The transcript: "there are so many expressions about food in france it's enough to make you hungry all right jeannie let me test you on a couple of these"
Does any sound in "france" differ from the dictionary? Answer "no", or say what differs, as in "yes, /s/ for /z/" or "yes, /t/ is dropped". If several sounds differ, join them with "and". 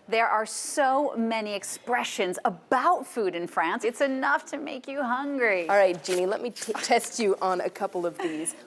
no